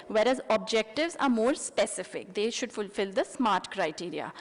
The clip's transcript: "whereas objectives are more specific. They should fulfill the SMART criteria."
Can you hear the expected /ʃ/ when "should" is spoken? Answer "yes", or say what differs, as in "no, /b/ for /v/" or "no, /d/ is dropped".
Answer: yes